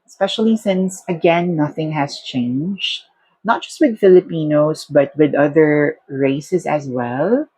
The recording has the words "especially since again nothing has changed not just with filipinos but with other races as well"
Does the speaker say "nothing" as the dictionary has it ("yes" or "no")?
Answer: yes